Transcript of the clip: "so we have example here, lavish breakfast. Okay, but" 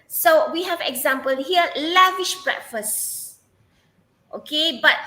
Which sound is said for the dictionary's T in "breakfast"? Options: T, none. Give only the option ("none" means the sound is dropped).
T